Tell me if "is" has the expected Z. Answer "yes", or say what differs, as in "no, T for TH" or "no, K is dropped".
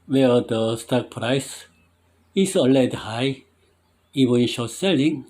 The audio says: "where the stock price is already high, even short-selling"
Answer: no, S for Z